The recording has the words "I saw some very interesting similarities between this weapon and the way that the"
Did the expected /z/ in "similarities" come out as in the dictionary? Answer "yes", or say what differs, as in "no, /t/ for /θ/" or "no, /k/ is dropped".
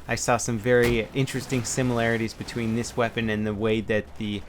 yes